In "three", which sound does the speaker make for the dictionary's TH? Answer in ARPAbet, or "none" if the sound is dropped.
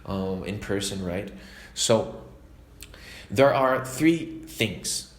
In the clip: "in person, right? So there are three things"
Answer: TH